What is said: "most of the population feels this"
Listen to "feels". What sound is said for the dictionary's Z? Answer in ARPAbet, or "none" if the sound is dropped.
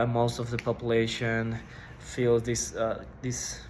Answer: S